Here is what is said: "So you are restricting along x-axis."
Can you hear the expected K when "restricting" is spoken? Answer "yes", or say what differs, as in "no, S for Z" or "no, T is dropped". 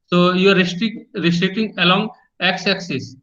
no, K is dropped